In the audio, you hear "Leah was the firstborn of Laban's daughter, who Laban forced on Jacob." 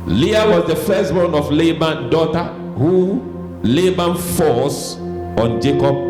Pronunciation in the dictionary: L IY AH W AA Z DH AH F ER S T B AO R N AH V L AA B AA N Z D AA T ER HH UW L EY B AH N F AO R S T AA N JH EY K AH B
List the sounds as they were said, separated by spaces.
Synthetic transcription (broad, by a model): L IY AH W AA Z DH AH F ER S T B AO N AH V L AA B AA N D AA T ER HH UW L EY B AH N F AO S AA N JH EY K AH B